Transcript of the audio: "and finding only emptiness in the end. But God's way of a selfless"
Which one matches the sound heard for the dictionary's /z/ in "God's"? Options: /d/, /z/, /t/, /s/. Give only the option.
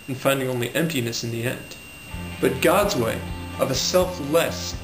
/z/